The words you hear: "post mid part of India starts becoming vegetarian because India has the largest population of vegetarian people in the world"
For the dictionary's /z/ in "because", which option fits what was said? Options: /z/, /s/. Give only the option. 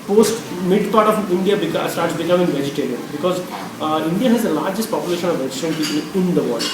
/z/